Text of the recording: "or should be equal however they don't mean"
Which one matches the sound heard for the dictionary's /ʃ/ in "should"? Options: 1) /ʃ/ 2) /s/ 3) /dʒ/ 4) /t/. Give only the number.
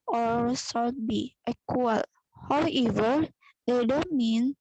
2